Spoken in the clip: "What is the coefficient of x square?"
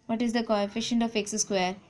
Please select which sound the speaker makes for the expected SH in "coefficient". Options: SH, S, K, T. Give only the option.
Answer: SH